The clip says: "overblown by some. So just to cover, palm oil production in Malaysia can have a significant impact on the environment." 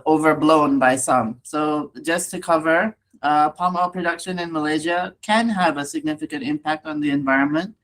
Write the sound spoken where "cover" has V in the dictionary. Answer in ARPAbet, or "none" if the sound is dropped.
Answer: V